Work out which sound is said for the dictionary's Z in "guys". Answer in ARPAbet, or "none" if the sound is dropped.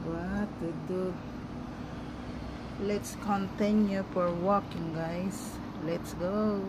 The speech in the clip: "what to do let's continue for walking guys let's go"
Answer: S